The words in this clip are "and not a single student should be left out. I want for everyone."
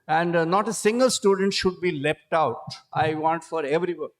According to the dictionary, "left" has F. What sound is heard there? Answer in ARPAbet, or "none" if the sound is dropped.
P